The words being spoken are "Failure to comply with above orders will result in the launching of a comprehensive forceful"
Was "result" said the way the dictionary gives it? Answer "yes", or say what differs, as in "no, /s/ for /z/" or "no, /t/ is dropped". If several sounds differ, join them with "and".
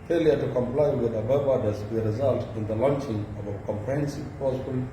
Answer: yes